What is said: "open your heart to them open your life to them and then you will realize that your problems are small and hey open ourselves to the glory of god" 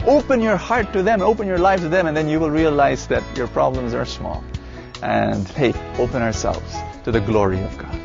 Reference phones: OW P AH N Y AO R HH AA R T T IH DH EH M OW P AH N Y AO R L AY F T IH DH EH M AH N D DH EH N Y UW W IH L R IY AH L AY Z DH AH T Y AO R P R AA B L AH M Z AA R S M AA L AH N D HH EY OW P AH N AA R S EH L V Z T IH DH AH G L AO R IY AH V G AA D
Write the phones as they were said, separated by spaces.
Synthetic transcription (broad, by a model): OW P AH N Y AO R HH AA R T T IH DH EH M OW P AH N Y AO R L AY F T IH DH EH M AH N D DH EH N Y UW W IH L R IY AH L AY Z DH AH T Y AO R P R AA B L AH M Z AA R S M AA L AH N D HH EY OW P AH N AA R S EH L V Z T IH DH AH G L AO R IY AH V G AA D